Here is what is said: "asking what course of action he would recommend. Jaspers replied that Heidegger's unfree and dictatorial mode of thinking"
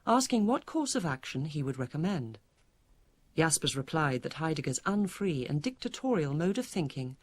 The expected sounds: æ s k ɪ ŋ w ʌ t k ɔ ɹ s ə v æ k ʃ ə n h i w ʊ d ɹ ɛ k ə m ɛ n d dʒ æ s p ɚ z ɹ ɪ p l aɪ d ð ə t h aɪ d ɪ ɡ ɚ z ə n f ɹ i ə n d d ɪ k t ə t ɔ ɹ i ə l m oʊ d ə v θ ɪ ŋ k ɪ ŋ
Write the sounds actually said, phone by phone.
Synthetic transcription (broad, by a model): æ s k ɪ ŋ w ʌ t k ɔ ɹ s ə v æ k ʃ ə n i w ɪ d ɹ ɛ k ə m ɛ n d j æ s p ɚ z ɹ ɪ p l aɪ d ð ə t h aɪ d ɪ ɡ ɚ z ə n f ɹ i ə n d d ɪ k t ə t ɔ ɹ i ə l m oʊ d ə v θ ɪ ŋ k ɪ ŋ